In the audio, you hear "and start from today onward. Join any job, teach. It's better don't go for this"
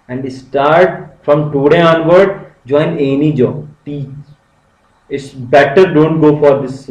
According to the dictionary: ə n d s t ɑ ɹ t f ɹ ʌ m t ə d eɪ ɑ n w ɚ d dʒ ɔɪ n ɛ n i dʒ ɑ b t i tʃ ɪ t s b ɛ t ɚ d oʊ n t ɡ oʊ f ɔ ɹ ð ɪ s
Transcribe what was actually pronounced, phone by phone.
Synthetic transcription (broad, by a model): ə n d s t ɑ ɹ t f ɹ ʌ m t ə d eɪ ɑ n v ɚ d dʒ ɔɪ n ɛ n i dʒ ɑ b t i ɪ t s b ɛ t ɚ d oʊ n t ɡ oʊ f ɔ ɹ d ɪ s